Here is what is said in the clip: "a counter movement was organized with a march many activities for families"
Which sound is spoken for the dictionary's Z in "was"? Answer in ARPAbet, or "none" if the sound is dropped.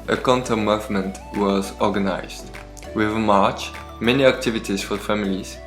Z